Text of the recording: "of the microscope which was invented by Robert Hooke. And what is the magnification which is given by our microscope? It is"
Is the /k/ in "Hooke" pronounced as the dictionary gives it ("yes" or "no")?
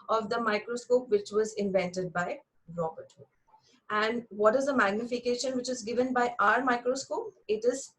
no